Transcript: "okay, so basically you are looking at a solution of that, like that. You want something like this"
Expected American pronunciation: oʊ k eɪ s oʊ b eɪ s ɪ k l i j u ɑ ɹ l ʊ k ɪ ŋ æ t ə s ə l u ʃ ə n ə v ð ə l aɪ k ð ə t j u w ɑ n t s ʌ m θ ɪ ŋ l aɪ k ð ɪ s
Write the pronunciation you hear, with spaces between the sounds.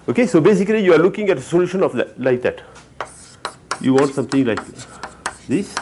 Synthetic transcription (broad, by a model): oʊ k eɪ s oʊ b eɪ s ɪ k l i j u ɑ ɹ l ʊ k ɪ ŋ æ t ə s ə l u ʃ ə n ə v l l aɪ k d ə t j u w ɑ n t s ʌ m t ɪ ŋ l aɪ k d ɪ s